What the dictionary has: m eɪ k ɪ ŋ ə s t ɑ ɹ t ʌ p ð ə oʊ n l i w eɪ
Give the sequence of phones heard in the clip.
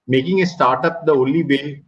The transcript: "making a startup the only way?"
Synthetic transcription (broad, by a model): m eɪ k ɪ ŋ ə s t ɑ ɹ t ʌ p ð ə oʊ l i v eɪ